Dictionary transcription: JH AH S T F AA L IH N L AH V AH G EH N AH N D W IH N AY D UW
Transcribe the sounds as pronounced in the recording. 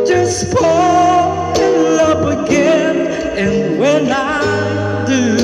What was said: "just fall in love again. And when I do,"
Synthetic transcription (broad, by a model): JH AH S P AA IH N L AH P AH G EH N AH N W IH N AY D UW